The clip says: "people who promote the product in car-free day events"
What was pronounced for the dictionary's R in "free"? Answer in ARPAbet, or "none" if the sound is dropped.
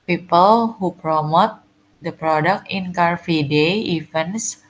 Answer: none